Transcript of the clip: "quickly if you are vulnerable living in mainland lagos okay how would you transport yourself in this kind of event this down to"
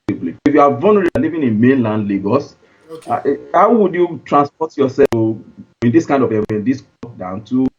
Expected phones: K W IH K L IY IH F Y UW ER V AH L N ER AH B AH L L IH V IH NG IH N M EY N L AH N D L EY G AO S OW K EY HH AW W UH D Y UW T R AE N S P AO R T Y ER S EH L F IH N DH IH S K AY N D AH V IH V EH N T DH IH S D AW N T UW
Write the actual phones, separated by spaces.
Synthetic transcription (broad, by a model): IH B L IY IH F Y UW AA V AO N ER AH AH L L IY V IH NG IH N M EY N L AH N D L EY G AO S HH AW W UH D Y UW T R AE N S P AO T Y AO S EH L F IH N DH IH S K AY N D AH V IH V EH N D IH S D AW N T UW